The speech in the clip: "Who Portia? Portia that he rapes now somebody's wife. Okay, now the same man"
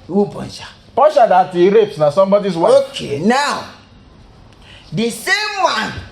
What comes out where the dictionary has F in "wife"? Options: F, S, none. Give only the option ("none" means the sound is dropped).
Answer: none